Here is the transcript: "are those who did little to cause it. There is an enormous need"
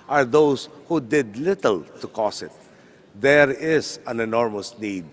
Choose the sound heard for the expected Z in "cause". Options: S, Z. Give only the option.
S